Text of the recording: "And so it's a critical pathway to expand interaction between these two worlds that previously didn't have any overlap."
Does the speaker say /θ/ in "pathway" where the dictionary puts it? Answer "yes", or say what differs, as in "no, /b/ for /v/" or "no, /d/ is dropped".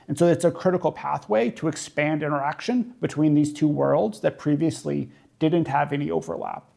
yes